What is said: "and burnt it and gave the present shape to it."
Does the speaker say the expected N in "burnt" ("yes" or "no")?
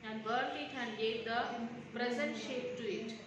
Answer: no